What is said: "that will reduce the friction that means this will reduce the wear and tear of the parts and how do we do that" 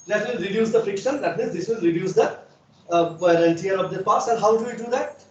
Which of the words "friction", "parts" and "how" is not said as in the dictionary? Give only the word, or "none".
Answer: none